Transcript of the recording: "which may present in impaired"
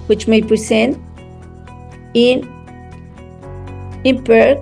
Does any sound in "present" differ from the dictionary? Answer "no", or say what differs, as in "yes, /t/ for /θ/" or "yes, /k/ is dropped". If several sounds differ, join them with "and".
yes, /s/ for /z/